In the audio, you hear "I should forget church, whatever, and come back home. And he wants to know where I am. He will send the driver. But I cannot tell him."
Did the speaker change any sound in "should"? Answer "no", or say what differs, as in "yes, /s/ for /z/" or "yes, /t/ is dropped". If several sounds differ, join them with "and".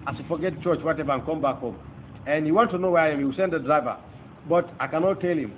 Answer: yes, /s/ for /ʃ/